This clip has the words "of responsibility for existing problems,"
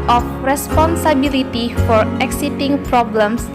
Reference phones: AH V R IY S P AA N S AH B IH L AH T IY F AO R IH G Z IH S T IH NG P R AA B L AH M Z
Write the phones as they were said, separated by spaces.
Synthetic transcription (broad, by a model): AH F R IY S P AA N S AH B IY L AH T IY F AO R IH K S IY T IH NG P R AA B L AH M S